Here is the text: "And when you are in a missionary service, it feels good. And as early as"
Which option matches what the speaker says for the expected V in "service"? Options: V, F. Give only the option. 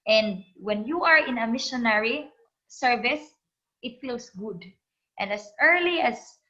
V